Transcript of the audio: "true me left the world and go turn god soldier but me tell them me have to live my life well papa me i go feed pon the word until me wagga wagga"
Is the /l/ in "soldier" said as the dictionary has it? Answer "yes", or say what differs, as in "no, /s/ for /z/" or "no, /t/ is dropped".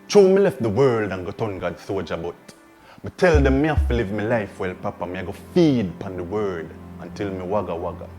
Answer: no, /l/ is dropped